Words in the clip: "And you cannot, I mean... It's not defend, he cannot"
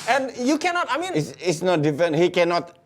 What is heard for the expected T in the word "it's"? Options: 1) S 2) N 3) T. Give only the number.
1